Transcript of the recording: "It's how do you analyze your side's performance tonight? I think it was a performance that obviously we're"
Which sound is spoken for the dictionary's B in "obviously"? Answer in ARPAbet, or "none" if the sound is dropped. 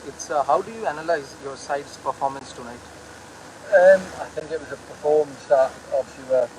none